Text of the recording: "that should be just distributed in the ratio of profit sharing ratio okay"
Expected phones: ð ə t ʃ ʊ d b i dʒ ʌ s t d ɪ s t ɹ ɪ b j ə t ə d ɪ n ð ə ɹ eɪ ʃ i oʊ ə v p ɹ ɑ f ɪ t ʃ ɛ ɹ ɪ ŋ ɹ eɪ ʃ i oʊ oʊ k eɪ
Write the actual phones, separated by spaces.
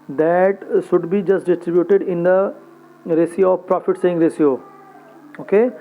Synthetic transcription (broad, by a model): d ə t ʃ ʊ d b i dʒ ʌ s t d ɪ s t ɹ ɪ b j ə t ə d ɪ n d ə ɹ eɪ s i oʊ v p ɹ ɑ f ɪ t s ɛ ɪ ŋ ɹ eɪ s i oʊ oʊ k eɪ